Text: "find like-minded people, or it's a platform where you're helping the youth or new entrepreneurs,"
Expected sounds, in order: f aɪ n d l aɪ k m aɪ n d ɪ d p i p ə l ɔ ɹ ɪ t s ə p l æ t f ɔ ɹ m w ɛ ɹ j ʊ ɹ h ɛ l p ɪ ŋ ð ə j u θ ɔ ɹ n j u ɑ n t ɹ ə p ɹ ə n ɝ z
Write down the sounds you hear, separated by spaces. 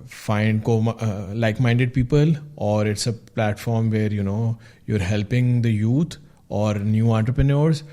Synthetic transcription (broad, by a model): f aɪ n d l aɪ k m aɪ n d ɪ d p i p ə l ɔ ɹ ɪ t s ə p l æ t f ɔ ɹ m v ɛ ɹ j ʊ ɹ h ɛ l p ɪ ŋ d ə j u t ɔ ɹ n j u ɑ n t ɹ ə p ɹ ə n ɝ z